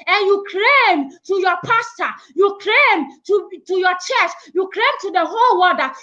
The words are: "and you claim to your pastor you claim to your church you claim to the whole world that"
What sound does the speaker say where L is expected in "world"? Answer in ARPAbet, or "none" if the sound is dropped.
none